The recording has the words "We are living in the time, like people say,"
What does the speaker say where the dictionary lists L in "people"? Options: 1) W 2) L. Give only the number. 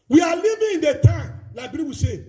1